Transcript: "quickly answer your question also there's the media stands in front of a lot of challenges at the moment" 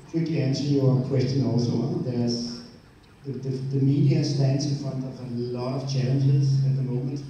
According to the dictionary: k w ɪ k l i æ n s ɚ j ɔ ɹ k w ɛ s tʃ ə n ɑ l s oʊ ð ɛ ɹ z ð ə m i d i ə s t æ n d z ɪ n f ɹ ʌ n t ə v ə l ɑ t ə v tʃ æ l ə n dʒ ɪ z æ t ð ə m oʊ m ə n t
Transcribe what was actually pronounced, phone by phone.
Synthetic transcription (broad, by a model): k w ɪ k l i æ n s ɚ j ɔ k w ɛ s tʃ ə n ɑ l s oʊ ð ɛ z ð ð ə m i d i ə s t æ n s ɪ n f ʌ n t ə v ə l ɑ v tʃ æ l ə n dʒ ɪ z æ t ð ə m oʊ m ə n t